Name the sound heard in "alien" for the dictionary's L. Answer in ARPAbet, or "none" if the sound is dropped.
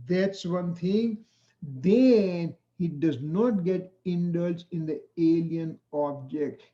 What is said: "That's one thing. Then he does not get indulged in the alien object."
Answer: L